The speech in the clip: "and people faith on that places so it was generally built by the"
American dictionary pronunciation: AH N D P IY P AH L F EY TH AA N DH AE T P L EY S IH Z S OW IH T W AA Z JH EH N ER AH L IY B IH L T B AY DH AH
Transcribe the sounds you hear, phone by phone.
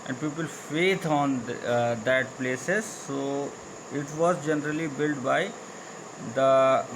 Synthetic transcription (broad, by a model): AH N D P IY P AH L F EY T AA N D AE T P L EY S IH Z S OW IH T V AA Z JH EH N ER AH L IY B IH L T B AY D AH